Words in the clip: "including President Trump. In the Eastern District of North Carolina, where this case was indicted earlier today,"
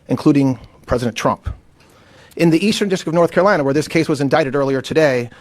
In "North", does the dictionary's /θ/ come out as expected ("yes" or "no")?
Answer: yes